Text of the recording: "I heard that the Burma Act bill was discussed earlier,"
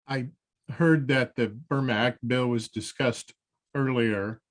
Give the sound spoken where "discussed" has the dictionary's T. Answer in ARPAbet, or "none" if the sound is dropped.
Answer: T